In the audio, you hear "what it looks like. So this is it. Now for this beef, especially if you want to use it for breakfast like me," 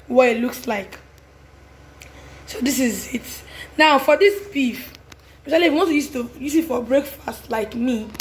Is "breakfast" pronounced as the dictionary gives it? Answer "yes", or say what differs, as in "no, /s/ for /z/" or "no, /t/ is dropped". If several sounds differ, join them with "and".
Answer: yes